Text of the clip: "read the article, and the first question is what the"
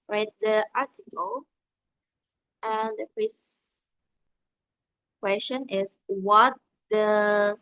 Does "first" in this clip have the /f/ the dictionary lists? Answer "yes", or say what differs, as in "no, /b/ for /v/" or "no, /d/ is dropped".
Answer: no, /p/ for /f/